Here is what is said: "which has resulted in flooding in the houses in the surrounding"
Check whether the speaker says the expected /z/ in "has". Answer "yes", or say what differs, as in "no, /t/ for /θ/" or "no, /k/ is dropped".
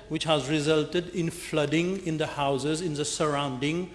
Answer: yes